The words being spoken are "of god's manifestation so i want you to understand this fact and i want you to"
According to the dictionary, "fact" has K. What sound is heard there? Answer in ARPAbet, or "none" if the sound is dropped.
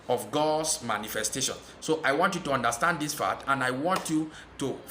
none